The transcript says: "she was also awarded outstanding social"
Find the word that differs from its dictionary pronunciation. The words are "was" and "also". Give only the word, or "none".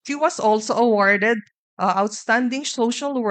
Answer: was